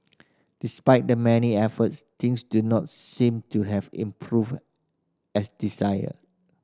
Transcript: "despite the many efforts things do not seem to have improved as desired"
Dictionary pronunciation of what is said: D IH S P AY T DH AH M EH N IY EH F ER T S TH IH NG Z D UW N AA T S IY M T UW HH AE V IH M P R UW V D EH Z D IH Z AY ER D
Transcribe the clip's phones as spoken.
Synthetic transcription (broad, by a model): D IH S P AY T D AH M EH N IY EH F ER T S T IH NG S D UW N AA T S IY M T UW HH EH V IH M P R UW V EH S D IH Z AY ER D